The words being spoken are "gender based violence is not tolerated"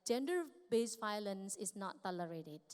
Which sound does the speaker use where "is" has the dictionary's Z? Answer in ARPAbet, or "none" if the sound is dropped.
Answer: S